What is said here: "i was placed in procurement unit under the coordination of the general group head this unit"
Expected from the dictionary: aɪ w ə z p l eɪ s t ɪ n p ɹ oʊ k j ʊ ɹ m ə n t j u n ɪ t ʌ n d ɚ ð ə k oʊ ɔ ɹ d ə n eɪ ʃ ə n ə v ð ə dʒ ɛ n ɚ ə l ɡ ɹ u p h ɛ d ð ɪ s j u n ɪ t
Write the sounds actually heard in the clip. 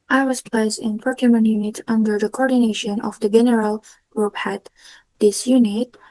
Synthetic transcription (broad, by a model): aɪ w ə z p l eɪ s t ɪ n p oʊ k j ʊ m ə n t j u n ɪ t ʌ n d ɚ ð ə k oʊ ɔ ɹ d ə n eɪ ʃ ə n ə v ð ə dʒ ɛ n ɚ ə l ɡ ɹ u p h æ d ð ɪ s j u n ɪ t